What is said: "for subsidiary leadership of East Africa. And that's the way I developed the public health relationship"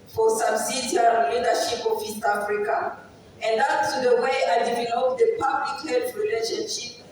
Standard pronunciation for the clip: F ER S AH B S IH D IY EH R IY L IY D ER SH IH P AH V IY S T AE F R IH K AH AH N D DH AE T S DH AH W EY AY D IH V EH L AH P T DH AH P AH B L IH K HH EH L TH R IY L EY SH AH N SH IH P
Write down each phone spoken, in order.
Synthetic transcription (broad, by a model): F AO S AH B S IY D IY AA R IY L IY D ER SH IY P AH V IY S T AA F R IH K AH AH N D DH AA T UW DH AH W EY AY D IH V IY N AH T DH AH P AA B L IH K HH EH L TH R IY L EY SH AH N SH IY P